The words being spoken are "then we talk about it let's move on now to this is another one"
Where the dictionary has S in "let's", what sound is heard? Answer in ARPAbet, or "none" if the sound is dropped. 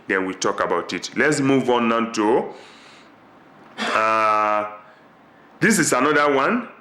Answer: S